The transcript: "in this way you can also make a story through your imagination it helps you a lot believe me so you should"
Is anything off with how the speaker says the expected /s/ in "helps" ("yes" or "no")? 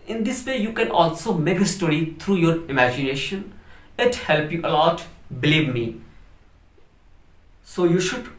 yes